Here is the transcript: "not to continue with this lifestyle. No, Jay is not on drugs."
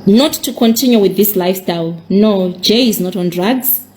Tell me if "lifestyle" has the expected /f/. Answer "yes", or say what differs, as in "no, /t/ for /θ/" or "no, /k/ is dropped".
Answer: yes